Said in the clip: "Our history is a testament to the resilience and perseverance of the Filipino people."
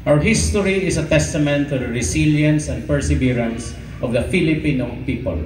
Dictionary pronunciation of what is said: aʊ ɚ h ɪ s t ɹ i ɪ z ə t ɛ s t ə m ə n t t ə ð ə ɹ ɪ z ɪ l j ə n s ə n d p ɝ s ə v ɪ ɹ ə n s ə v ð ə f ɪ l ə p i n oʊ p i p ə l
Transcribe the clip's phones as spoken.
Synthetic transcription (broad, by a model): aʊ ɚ h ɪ s t ɹ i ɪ s ə t ɛ s t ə m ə n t t ə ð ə ɹ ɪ s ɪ l j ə n s ə n d p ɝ s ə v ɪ ɹ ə n s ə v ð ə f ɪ l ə p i n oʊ p i p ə l